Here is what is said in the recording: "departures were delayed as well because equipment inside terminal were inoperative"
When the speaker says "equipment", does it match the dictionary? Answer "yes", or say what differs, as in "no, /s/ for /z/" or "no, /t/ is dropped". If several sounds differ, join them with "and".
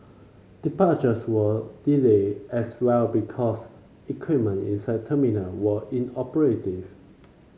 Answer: no, /t/ is dropped